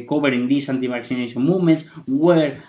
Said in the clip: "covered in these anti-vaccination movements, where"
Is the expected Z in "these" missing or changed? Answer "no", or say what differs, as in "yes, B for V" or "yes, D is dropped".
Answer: yes, S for Z